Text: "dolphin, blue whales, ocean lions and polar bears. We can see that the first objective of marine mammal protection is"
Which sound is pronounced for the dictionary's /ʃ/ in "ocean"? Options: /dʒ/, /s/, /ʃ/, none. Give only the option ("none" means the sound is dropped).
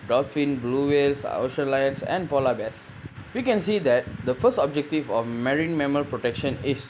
/ʃ/